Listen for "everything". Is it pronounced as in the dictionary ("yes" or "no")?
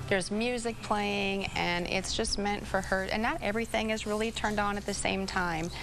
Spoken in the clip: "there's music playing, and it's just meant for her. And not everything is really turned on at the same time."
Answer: yes